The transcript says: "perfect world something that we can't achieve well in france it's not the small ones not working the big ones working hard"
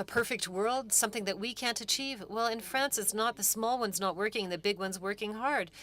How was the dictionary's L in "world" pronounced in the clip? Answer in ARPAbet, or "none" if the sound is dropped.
L